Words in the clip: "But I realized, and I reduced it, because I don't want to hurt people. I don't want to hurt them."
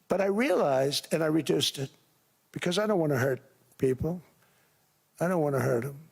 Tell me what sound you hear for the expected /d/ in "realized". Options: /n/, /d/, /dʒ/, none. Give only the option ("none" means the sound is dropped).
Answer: /d/